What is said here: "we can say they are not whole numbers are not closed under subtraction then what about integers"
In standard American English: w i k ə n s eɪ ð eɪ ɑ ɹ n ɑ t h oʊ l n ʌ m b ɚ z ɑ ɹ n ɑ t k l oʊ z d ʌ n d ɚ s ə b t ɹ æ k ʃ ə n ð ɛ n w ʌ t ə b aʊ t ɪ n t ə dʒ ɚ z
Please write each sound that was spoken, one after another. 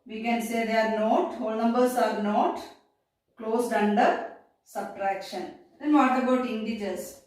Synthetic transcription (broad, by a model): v i k ə n s eɪ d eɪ ɑ ɹ n ɑ t h oʊ l n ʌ m b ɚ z ɑ ɹ n ɑ t k l oʊ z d ʌ n d ɚ s ə b t ɹ æ k ʃ ə n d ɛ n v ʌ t ə b aʊ t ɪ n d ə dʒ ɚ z